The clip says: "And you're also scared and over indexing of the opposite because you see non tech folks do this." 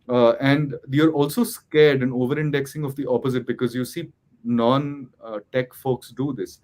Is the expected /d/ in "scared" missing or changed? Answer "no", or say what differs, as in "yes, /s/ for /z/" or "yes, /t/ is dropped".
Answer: no